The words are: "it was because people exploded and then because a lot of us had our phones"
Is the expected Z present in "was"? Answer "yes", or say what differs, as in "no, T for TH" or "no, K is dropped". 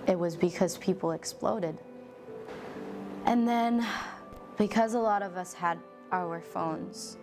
yes